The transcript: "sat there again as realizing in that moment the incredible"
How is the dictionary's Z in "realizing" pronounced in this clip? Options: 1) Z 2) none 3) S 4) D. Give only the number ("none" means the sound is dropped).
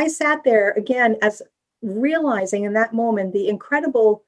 1